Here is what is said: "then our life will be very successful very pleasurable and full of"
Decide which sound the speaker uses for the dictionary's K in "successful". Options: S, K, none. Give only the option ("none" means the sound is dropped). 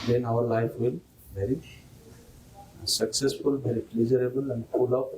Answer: K